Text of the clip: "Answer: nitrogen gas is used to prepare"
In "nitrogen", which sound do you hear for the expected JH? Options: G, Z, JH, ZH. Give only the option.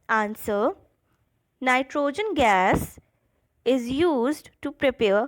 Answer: JH